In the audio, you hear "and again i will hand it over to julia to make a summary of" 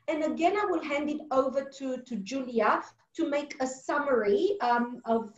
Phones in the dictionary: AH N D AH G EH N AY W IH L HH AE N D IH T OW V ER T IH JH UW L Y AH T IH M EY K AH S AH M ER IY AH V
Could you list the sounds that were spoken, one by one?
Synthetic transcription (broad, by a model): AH N AH G EH N AY W IH L HH AE N D IH T OW V ER T IH JH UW L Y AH T IH M EY K AH S AH M ER IY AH V